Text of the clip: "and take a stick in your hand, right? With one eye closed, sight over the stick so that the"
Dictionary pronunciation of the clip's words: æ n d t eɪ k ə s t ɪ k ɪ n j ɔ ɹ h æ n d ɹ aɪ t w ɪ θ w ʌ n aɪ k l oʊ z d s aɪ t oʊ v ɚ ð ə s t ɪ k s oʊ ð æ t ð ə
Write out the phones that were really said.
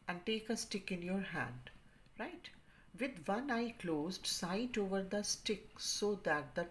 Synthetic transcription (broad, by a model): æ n d t eɪ k ə s t ɪ k ɪ n j ɔ ɹ h æ n d ɹ aɪ t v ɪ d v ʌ n aɪ k l oʊ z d s aɪ t oʊ v ɚ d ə s t ɪ k s oʊ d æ t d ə